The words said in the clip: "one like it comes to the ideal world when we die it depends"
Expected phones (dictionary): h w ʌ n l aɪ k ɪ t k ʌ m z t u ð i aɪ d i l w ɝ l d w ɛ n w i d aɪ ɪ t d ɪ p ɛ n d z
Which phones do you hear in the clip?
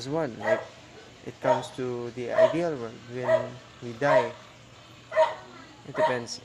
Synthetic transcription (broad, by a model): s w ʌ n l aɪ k ɪ t k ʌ m s t u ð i aɪ d i l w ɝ d w ɛ n w i d aɪ ɪ t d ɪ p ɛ n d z